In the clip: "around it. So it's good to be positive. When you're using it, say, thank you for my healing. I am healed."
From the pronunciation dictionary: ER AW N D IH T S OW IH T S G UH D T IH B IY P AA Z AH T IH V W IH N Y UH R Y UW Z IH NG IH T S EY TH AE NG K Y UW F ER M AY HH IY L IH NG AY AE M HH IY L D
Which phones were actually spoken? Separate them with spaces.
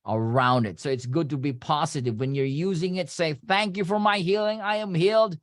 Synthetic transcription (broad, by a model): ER AW N D IH T S OW IH T S G UH D T IH B IY P AA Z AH T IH V W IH N Y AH R Y UW Z IH NG IH T S EY TH AE NG K Y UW F ER M AY HH IY L IH NG AY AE M HH IY L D